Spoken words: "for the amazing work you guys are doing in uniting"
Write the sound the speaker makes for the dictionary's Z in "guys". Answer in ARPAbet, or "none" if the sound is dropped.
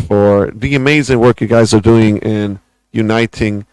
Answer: Z